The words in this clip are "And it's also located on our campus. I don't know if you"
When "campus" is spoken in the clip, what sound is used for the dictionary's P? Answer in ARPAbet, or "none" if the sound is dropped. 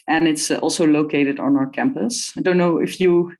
P